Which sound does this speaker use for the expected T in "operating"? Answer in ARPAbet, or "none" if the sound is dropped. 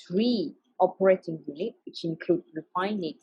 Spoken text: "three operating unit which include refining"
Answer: T